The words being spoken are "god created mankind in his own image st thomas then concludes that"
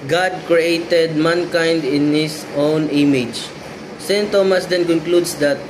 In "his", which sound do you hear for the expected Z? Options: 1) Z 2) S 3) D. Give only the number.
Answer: 2